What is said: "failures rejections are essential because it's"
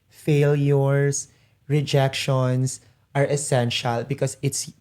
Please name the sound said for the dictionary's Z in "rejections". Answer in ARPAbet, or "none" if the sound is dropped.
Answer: S